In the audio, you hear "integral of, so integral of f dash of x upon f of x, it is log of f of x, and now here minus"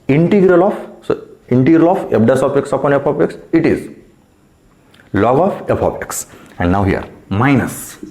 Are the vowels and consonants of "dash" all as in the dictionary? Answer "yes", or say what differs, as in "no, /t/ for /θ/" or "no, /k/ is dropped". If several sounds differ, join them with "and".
no, /s/ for /ʃ/